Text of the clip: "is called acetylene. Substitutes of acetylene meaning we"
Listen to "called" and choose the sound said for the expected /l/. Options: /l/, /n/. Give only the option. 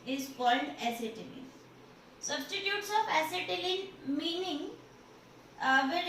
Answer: /n/